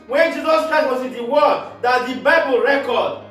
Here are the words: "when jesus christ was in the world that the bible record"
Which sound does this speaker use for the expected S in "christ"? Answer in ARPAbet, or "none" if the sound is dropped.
none